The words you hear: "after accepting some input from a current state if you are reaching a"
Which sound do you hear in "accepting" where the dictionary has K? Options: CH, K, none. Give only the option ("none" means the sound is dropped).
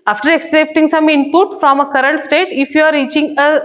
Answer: K